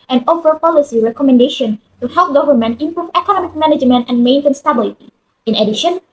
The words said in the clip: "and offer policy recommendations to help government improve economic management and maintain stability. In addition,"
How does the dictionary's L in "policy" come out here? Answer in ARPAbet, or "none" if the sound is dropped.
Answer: L